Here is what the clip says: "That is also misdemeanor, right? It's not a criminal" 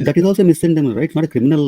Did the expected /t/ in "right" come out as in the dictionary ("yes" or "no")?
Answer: no